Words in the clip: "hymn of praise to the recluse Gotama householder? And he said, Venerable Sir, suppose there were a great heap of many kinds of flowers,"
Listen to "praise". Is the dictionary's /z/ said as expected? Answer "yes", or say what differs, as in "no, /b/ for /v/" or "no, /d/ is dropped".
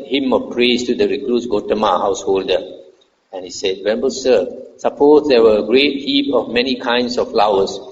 no, /s/ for /z/